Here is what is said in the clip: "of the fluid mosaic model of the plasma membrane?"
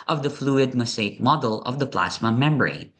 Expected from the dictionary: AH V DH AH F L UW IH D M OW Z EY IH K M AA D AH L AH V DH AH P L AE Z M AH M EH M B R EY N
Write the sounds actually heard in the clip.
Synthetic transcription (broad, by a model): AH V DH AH F L UW IH D M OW S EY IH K M AA D AH L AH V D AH P L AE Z M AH M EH M B R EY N